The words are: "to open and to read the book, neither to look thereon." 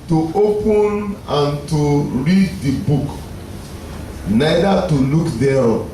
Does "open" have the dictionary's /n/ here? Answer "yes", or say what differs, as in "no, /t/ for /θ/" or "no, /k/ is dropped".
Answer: yes